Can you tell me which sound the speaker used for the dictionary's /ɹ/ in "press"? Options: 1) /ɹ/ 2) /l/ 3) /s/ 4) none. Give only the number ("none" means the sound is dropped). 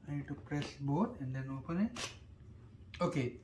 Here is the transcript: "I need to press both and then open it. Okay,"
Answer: 1